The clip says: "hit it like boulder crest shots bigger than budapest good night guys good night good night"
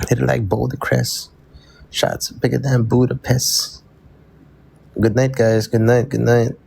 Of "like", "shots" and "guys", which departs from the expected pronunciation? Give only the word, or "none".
none